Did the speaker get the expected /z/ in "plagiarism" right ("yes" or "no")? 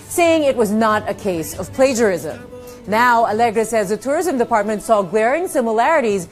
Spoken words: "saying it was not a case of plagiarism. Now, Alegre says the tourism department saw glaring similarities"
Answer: yes